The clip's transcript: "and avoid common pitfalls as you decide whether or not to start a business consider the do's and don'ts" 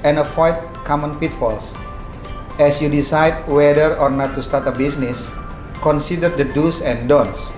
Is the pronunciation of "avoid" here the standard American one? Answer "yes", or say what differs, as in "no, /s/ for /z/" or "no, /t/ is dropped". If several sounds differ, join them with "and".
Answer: no, /f/ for /v/